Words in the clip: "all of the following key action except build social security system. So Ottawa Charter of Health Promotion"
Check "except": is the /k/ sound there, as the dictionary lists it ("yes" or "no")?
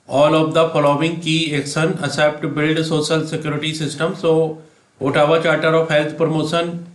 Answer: no